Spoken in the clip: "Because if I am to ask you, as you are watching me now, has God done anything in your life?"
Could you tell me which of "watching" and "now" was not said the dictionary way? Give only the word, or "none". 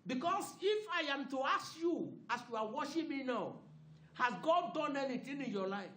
watching